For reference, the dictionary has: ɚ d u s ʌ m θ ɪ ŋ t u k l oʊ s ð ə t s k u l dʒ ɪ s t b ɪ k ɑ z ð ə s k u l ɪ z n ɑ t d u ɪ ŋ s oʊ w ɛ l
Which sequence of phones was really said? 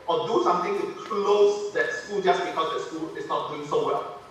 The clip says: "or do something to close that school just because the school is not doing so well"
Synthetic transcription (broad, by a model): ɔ d u s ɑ m t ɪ ŋ t u k l oʊ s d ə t s k u l dʒ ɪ s b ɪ k ɑ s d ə s k u l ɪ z n ɑ t d u ɪ ŋ s oʊ w ɛ l